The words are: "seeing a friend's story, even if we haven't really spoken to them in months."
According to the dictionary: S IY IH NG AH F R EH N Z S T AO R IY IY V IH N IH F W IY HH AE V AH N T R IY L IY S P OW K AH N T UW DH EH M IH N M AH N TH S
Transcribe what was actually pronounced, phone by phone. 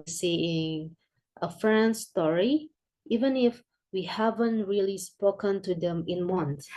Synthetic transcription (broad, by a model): S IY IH NG AH F R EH N S T AO R IY IY V IH N IH F W IY HH AE V AH N T R IY L IY S P OW K AH N T UW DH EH M IH N M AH N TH